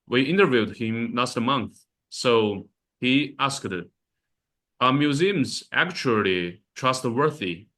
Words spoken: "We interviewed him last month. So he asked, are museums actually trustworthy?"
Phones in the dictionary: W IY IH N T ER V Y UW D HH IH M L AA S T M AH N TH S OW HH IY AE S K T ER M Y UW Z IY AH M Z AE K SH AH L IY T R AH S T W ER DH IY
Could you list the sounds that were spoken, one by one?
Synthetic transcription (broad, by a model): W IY IH N T ER V Y UW D HH IH M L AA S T M AH N TH S OW HH IY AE S K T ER M Y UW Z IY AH M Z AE K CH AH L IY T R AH S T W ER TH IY